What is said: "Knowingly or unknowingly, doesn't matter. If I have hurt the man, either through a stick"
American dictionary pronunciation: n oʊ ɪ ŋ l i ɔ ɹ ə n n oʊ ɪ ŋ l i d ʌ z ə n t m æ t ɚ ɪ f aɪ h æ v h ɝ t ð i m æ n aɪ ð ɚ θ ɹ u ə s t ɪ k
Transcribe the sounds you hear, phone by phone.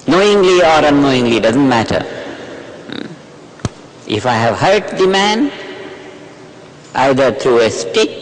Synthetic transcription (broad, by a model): n oʊ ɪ ŋ l i ɔ ɹ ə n n oʊ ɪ ŋ l i d ʌ z ə n t m æ t ɚ ɪ f aɪ h æ v h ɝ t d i m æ n aɪ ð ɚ t ɹ u ə s t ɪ k